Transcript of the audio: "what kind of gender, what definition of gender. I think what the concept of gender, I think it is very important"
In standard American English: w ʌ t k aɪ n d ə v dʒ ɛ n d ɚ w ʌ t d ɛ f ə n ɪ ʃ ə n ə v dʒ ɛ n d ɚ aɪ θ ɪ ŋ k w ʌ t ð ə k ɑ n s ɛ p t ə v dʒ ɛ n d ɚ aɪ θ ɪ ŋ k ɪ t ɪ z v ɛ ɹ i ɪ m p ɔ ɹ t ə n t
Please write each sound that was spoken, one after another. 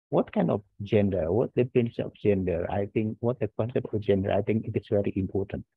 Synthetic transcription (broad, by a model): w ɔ t k aɪ n d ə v dʒ ɛ n d ɚ w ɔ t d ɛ p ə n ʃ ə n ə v dʒ ɛ n d ɚ aɪ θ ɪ ŋ k w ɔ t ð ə k ɑ n s ɛ p t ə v dʒ ɛ n d ɚ aɪ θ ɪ ŋ k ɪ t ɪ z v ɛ ɹ i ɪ m p ɔ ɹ t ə n t